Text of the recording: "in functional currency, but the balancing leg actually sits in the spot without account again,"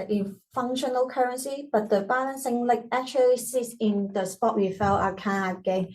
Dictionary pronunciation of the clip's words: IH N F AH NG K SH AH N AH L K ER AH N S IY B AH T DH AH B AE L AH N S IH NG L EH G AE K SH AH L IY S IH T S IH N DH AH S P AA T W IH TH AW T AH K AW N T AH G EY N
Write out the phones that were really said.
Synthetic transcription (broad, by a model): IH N F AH NG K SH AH N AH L K ER AH N S IY B AH T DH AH B AE L AH N S IH NG L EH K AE K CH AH L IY S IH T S IH N DH AH S P AA T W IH F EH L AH K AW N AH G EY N